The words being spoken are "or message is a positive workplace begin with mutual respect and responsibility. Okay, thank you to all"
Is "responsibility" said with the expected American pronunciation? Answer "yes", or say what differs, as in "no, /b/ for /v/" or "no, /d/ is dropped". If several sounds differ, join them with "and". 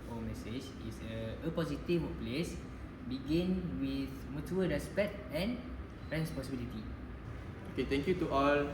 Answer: no, /n/ is dropped